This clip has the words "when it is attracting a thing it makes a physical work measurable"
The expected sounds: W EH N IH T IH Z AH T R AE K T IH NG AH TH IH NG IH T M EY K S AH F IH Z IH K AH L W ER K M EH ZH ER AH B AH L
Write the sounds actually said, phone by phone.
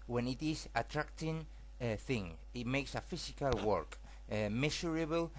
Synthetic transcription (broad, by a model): W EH N IH T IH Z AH T R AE K T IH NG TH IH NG IH T M EY K S AH F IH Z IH K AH L W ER K M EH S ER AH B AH L